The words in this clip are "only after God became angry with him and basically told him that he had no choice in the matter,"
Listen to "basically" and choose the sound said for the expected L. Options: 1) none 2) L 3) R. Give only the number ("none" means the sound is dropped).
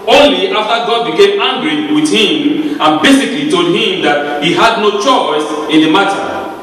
2